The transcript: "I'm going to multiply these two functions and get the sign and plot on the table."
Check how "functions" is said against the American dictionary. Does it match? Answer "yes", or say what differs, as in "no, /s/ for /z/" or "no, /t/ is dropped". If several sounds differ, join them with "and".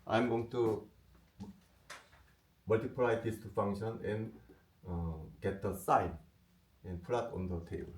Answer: no, /z/ is dropped